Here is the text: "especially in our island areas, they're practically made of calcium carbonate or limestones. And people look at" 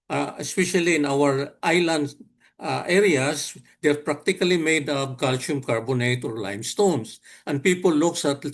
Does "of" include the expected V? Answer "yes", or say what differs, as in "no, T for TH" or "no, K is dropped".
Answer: no, P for V